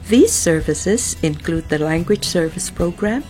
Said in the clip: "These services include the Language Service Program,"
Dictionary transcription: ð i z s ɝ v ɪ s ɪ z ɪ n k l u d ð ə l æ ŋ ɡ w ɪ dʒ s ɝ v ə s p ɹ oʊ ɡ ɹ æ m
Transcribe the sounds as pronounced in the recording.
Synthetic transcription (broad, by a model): ð i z s ɝ v ɪ s ɪ z ɪ n k l u d ð ə l æ ŋ ɡ w ɪ dʒ s ɝ v ə s p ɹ oʊ ɡ ɹ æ m